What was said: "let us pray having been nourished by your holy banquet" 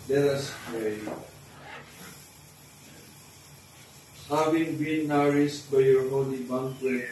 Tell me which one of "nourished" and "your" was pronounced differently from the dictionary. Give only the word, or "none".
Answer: nourished